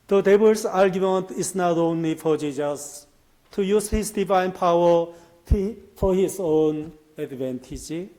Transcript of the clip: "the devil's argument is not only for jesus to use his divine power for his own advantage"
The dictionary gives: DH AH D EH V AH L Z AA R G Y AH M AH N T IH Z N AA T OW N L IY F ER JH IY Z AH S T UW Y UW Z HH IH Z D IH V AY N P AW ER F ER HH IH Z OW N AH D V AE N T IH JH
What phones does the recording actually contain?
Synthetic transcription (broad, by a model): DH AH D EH B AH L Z AA R G Y AH M AH N T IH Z N AA T OW N L IY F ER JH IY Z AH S T UW Y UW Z HH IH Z D IH V AY N P AW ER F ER HH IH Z OW N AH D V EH N T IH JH